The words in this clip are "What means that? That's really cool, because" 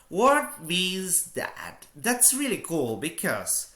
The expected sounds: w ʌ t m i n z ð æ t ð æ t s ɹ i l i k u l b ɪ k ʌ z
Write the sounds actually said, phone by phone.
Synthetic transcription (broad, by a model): w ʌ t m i z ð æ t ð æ t s ɹ i l i k u l b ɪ k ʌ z